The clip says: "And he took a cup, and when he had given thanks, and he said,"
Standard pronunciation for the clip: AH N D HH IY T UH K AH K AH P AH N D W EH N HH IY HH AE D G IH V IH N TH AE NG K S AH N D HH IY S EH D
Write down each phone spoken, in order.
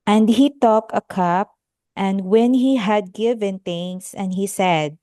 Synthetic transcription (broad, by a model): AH N D HH IY T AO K AH K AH P AH N D W EH N HH IY HH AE D G IH V IH N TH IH NG S AH N D HH IY S EH D